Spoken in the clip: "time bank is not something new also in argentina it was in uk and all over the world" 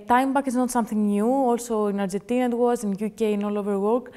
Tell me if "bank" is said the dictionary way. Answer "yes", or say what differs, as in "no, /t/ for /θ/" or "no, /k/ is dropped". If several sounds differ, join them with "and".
no, /ŋ/ is dropped